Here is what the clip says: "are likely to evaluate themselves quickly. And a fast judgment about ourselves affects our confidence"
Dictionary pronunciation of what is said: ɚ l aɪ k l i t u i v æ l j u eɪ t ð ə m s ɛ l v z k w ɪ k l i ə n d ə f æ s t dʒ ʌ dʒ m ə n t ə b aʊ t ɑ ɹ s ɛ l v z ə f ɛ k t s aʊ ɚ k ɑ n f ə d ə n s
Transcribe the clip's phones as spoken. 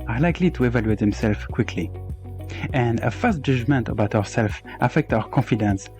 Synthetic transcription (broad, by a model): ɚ l aɪ k l i t u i v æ l j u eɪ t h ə m s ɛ l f k w ɪ k l i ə n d ə f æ s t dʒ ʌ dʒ m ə n t ə b aʊ t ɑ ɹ s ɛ l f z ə f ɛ k t aʊ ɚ k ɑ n f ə d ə n s